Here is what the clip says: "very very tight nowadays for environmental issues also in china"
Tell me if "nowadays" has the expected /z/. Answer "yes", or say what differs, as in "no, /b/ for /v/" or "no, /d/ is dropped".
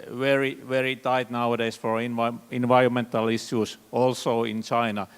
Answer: no, /s/ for /z/